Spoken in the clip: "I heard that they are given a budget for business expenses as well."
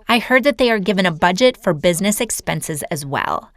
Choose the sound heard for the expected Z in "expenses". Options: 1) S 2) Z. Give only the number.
2